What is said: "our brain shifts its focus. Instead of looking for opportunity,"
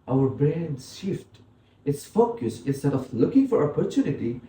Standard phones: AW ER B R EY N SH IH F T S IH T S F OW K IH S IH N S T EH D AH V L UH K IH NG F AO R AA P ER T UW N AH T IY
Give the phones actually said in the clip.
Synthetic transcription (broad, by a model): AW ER B R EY N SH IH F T IH T S F OW K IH S IH N S T EH D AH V L UH K IH NG F AO R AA P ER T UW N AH T IY